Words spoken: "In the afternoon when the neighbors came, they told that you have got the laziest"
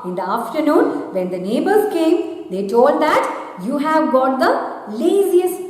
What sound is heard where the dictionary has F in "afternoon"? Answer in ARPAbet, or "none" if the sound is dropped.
F